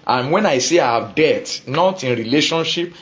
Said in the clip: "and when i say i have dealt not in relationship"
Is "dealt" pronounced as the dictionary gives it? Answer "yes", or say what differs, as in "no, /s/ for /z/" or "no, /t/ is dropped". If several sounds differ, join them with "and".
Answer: no, /l/ is dropped